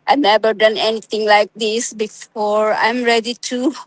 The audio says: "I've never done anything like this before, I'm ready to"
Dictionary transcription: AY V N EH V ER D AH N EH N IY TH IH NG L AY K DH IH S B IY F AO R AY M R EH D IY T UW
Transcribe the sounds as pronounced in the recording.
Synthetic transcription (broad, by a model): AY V N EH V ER D AH N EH N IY T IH NG L AY K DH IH S B IY F AO R AY M R EH D IY T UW